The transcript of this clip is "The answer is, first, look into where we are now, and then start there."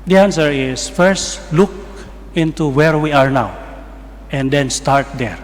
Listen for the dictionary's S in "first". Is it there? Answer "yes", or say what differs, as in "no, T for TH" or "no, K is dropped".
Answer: yes